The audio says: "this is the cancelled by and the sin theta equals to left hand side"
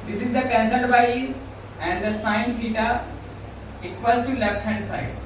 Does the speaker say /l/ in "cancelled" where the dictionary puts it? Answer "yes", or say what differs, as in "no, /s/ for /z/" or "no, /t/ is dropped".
no, /l/ is dropped